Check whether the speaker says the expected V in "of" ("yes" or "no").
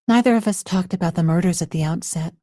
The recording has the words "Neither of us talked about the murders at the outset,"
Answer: yes